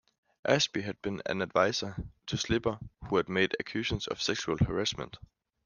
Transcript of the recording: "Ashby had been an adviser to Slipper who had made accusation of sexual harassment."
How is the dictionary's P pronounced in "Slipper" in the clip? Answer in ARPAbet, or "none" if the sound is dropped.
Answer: B